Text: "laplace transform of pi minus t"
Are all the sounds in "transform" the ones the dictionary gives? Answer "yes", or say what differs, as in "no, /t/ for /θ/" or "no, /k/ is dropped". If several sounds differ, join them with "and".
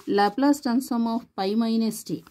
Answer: no, /ɹ/ is dropped and /f/ is dropped